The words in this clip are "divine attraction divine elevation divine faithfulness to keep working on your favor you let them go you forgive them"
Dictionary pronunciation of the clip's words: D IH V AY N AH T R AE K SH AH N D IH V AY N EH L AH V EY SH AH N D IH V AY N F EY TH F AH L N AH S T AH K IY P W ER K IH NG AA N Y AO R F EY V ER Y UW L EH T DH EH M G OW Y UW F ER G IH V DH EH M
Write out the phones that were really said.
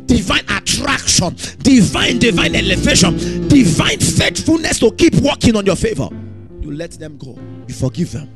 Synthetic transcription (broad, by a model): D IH V AY N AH T R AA K SH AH N D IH V AY N EH L AH V EY SH AH N D IH V AY N F EY T F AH L N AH S T AH K IY P W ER K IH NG AA N Y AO F EY V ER Y UW L EH T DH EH M G OW Y UW F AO G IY V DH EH M